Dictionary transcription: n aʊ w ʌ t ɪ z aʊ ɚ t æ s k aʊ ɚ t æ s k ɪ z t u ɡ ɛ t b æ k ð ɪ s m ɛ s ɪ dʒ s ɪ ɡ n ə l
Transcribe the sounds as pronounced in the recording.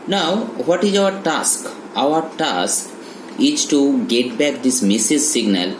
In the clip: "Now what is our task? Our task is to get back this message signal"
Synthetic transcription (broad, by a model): n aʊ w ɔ t ɪ z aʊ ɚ t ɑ s k aʊ ɚ t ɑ s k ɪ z t u ɡ ɛ t b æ k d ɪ s m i s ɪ z s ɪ ɡ n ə l